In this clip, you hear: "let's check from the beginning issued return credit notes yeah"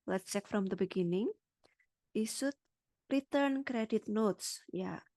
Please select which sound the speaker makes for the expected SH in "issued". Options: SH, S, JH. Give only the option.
S